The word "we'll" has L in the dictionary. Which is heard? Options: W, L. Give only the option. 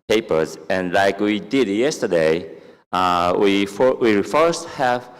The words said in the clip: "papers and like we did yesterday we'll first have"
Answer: W